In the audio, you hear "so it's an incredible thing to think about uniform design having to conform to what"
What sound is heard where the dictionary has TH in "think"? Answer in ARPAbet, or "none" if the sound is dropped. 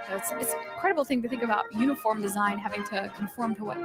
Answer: TH